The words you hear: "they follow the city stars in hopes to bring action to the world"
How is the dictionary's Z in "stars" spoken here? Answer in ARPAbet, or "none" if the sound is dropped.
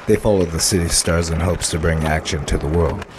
Z